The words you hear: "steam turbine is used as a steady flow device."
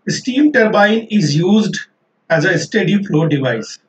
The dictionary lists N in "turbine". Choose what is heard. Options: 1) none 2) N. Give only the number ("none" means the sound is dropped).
2